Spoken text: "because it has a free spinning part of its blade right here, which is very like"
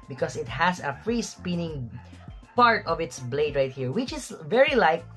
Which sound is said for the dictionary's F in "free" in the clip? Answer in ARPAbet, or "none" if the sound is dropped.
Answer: F